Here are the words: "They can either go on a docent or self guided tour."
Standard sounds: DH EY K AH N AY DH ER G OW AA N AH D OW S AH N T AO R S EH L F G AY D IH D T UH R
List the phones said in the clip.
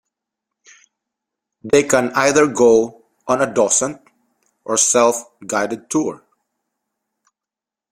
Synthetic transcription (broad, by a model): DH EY K AH N AY DH ER G OW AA N AH D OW S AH N T AO R S EH L F G AY D IH D T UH R